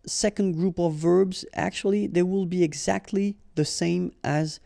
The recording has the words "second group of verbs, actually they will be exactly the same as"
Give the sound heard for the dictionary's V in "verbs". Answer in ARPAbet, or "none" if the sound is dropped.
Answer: V